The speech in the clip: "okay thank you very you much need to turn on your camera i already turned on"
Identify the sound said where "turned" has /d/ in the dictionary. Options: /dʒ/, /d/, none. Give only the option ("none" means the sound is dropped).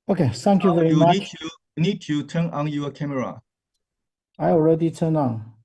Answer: none